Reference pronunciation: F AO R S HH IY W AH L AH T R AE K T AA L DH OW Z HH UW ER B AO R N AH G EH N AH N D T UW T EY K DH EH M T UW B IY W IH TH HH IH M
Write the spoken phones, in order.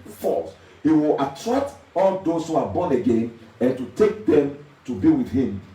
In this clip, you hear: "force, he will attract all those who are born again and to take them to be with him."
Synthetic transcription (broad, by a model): F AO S HH IY W AH L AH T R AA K T AA L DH OW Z HH UW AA B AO N AH G EH N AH N T UW T EY K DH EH M T UW B IY W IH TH HH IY M